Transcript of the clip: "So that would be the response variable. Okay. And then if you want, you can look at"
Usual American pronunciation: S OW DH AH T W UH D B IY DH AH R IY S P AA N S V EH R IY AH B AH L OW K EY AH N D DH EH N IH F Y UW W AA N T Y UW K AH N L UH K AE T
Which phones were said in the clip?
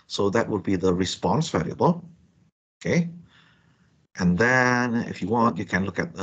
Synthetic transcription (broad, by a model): S OW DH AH T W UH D B IY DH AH R IY S P AA N S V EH L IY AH B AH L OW K EY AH N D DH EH N IH F Y UW W AA N T Y UW K AH N L UH K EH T